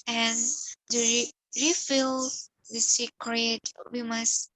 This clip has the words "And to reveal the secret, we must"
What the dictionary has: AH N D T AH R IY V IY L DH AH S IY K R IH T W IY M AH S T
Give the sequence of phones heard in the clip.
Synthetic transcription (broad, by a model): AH N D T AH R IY F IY L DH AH S IY K R IH T W IY M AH S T